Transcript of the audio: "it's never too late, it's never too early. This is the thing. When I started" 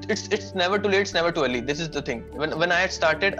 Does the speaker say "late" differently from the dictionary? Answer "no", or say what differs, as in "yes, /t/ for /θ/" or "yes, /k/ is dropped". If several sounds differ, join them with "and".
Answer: yes, /t/ is dropped